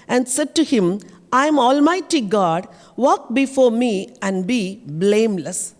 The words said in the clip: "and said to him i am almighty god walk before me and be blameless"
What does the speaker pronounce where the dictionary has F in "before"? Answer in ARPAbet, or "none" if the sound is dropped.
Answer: F